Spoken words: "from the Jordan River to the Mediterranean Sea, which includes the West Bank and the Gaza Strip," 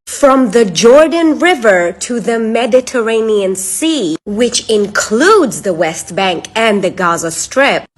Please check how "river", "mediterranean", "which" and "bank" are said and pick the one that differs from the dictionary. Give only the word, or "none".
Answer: none